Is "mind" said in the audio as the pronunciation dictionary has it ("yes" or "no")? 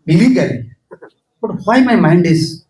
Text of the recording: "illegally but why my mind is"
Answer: yes